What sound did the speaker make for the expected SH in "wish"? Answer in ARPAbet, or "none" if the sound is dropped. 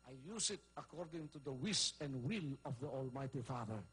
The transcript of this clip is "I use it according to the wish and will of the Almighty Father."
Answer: S